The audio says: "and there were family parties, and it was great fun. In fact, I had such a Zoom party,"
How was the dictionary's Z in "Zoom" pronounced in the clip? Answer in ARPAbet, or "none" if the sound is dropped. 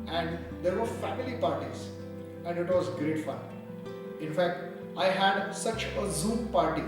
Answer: Z